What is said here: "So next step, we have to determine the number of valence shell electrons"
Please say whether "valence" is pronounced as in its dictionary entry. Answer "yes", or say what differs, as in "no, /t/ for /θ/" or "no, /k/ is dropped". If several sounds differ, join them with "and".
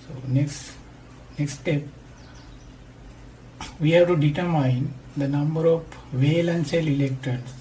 yes